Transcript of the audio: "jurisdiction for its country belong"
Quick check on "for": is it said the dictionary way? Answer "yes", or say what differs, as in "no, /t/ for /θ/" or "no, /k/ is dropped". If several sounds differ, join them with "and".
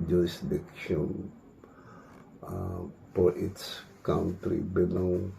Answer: no, /p/ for /f/